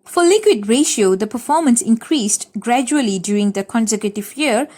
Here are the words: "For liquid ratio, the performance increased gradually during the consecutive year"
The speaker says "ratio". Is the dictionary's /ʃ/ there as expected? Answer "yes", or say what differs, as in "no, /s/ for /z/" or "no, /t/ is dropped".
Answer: yes